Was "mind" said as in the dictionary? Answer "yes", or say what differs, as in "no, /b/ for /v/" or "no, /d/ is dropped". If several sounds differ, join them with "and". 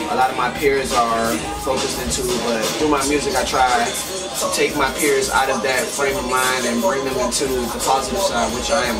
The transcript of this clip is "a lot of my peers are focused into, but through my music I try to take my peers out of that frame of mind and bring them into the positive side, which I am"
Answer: no, /d/ is dropped